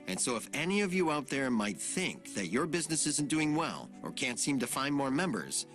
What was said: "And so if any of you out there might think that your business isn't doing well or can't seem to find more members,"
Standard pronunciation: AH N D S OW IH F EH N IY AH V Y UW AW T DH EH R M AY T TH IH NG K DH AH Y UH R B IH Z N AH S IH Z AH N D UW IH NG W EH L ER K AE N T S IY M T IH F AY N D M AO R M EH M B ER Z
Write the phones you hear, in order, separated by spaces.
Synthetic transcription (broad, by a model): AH N S OW IH F EH N IY AH V Y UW AW T DH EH R M AY T TH IH NG K DH AH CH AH R B IH Z N AH S IH Z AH N D UW IH NG W EH L ER K AE N T S IY M T IH F AY N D M AO R M EH M B ER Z